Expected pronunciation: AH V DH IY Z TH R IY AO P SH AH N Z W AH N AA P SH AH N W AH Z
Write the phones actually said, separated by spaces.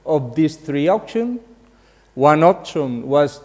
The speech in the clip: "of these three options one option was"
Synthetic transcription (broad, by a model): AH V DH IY S TH R IY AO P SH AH N W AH N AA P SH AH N W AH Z